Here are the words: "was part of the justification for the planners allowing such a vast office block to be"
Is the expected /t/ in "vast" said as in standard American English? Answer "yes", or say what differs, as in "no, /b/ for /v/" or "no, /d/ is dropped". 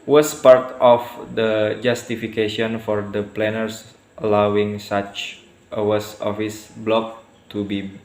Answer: no, /t/ is dropped